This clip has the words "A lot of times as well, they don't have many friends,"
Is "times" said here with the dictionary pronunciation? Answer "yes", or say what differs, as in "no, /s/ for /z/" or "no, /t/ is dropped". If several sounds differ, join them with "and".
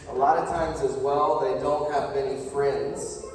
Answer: yes